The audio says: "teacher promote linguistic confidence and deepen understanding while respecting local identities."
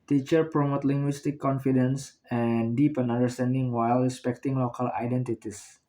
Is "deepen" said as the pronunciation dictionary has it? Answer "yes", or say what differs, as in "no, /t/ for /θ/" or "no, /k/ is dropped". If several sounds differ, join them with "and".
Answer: yes